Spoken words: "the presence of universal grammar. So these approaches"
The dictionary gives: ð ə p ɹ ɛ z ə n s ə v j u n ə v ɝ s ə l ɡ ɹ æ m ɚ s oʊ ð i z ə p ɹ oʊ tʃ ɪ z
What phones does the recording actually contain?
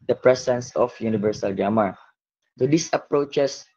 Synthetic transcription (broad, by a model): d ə p ɹ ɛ s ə n s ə f j u n ə v ɝ s ə l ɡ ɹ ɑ m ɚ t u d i s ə p ɹ oʊ tʃ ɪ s